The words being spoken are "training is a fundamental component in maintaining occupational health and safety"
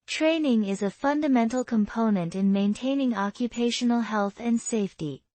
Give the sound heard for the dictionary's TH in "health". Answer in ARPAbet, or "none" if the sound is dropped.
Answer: TH